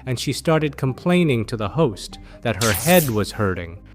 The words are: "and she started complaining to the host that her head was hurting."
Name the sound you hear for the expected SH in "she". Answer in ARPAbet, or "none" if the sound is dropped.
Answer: SH